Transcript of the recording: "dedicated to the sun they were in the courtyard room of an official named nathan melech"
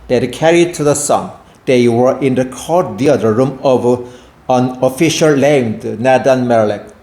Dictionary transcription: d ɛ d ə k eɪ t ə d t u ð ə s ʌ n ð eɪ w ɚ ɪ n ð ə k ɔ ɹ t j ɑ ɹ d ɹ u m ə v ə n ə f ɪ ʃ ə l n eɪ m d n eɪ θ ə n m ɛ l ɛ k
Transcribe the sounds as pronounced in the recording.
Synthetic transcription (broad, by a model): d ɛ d k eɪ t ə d t u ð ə s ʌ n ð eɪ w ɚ ɪ n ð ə k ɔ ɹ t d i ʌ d ɹ u m ə v ə n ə f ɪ ʃ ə l l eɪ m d n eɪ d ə n m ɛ l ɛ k